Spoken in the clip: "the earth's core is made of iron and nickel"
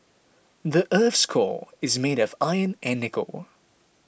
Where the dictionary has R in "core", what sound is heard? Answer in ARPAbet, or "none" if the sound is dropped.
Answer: L